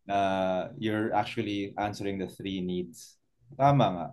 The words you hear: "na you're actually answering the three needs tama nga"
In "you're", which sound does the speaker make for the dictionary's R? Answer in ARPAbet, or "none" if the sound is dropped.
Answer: R